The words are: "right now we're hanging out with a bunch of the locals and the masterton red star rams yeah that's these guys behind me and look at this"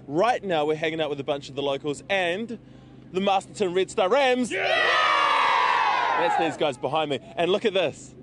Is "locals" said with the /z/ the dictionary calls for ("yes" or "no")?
yes